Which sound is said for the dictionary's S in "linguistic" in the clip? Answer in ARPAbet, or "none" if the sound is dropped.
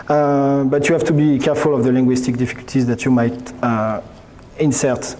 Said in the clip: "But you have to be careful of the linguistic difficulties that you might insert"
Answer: S